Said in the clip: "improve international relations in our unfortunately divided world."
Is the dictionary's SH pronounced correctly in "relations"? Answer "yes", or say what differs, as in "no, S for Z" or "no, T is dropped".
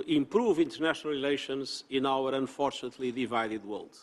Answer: yes